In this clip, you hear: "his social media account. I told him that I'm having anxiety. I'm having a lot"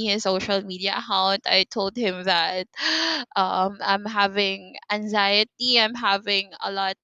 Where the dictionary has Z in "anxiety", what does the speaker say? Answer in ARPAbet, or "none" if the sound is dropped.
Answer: Z